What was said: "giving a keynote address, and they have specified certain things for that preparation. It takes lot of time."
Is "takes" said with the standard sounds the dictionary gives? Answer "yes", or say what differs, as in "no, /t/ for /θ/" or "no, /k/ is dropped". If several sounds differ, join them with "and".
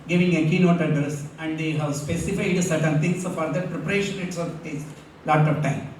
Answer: no, /s/ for /t/